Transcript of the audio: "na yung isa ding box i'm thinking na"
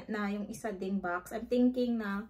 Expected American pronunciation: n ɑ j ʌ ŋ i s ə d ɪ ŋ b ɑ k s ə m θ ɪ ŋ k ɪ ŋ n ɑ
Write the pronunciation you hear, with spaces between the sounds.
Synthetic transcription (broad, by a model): n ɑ j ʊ ŋ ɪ s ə d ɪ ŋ b ɑ k s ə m t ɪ ŋ k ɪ ŋ n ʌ